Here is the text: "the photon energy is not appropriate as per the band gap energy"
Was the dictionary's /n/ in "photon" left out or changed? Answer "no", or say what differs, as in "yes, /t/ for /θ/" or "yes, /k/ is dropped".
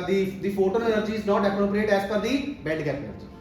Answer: yes, /l/ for /n/